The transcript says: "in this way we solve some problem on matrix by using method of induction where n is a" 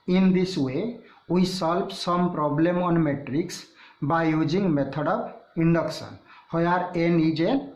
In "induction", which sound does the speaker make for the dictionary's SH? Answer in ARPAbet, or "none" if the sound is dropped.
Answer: S